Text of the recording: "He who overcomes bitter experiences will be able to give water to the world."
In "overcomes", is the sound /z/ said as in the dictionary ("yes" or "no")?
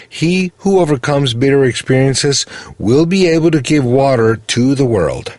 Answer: yes